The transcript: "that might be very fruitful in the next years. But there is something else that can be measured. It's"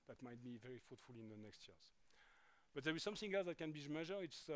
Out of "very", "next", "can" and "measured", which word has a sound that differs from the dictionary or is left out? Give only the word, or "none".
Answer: measured